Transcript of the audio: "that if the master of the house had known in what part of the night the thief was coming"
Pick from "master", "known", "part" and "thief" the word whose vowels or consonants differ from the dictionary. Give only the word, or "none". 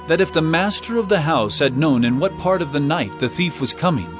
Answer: none